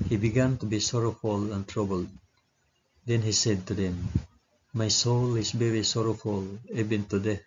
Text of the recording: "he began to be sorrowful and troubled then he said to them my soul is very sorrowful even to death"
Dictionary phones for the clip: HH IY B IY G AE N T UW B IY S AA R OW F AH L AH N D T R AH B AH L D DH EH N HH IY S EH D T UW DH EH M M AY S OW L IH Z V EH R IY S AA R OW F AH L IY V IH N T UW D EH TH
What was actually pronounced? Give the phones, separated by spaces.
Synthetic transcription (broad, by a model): HH IY B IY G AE N T UW B IY S AA R OW F AH L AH N T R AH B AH L D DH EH N HH IY S EH D T UW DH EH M M AY S OW L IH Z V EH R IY S AA R OW F AH L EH B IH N T UW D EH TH